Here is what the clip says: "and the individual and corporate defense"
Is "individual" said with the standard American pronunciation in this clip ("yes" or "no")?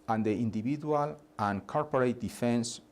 no